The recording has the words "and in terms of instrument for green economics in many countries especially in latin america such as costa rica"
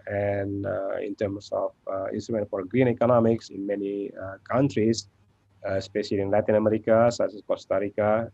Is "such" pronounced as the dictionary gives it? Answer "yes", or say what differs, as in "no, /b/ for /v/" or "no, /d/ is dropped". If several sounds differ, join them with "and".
no, /s/ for /tʃ/